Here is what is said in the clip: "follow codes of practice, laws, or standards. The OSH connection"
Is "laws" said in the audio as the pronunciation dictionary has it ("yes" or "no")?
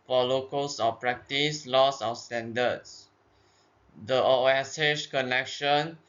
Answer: no